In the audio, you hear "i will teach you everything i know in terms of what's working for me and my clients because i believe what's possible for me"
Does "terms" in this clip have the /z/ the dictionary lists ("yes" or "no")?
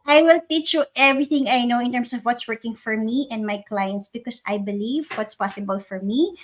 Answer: no